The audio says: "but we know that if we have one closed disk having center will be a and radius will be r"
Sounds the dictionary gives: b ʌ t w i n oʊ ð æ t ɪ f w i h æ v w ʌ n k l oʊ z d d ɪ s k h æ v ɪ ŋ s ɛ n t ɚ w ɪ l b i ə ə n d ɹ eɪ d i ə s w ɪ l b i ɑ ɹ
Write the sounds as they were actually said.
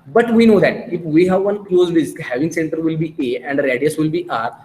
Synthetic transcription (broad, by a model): b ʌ t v i n oʊ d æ t ɪ f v i h æ v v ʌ n k l oʊ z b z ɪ k h æ v ɪ ŋ s ɛ n t ɚ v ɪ l b i ə ə n d ɹ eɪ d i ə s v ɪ l b i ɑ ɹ